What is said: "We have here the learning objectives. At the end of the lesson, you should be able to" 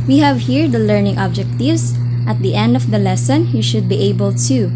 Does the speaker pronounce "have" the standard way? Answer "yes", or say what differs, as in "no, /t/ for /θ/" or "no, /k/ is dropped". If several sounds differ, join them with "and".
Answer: yes